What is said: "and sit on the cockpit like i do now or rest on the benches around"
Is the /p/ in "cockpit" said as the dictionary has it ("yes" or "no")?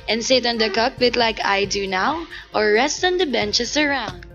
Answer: no